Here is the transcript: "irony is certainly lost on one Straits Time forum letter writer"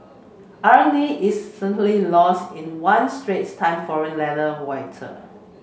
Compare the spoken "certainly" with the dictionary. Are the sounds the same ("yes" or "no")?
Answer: no